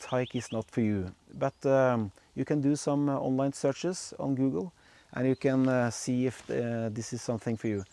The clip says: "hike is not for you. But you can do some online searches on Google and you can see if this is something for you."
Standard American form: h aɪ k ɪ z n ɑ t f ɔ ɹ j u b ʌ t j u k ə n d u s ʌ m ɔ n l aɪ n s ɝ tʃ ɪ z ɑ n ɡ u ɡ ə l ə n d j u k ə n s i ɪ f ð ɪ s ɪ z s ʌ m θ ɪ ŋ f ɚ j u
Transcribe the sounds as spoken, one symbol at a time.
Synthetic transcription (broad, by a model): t aɪ k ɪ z n ɑ t f ɔ ɹ j u b ʌ t j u k ə n d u s ʌ m ɔ n l aɪ n s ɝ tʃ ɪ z ɑ n ɡ u ɡ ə l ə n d j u k ə n s i ɪ f ð ɪ s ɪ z s ʌ m θ ɪ ŋ f ɚ j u